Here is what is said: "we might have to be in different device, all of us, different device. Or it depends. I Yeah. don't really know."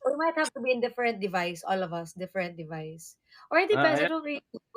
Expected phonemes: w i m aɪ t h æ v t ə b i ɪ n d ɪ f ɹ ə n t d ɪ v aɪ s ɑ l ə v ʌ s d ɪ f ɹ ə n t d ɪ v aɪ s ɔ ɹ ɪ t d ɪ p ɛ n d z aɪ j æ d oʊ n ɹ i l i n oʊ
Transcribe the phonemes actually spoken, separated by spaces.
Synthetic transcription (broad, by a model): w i m aɪ t h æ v t ə b i ɪ n d ɪ f ɹ ə n t d ɪ v aɪ s ɑ l ə v ʌ s d ɪ f ɹ ə n t d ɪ v aɪ s ɔ ɹ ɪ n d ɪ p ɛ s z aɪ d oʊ l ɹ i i